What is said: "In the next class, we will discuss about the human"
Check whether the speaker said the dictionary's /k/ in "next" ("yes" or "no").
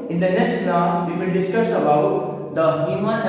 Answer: yes